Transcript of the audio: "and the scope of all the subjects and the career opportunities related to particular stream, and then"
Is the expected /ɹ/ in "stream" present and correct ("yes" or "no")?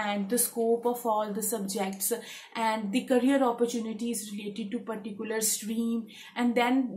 yes